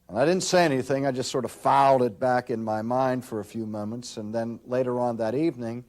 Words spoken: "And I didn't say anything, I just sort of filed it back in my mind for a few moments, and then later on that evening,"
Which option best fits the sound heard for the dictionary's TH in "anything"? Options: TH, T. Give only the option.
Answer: TH